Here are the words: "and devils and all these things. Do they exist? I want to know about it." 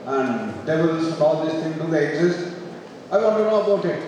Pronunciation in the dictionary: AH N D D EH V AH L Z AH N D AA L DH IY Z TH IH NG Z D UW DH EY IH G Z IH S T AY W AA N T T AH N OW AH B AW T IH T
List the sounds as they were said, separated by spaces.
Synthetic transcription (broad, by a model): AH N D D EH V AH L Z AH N AA L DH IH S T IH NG D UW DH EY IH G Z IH S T AY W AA N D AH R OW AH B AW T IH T